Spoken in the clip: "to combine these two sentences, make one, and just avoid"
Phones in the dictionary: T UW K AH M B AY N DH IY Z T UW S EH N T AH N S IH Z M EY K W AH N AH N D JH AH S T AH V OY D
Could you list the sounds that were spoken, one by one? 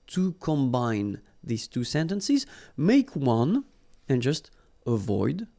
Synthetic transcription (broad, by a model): T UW K AH M B AY N DH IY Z T UW S EH N T AH N S IH Z M EY K W AH N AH N JH AH S T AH V OY D